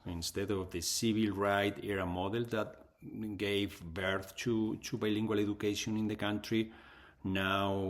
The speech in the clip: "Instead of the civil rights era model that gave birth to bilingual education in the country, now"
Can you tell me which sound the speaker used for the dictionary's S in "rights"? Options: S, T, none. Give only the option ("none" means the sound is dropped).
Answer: none